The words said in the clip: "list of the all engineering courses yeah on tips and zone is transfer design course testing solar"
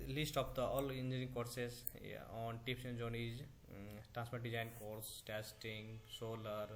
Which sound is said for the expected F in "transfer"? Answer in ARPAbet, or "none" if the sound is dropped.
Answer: P